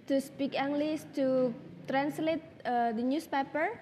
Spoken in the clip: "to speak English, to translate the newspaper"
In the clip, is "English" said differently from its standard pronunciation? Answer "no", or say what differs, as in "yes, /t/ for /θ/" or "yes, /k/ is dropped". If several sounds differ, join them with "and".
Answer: yes, /s/ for /ʃ/